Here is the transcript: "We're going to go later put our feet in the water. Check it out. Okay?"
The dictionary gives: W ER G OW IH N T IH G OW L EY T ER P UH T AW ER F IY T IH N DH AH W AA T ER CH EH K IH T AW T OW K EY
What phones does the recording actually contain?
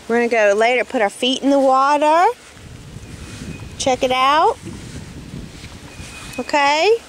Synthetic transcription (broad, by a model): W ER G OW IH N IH G OW L EY T ER P UH T AW ER F IY T N DH AH W AA T ER CH EH K IH T AW T OW K EY